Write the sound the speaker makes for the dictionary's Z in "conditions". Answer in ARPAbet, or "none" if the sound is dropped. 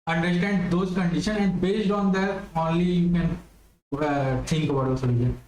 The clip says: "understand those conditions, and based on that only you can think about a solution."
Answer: none